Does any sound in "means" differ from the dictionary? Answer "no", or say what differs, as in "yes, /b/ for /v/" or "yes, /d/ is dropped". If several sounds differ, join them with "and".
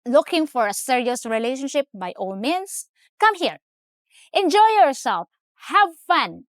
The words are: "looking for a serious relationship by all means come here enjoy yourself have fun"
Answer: yes, /s/ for /z/